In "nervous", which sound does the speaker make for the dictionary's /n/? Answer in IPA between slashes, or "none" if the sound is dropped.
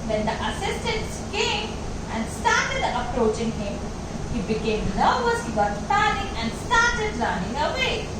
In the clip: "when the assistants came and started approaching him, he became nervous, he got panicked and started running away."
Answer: /l/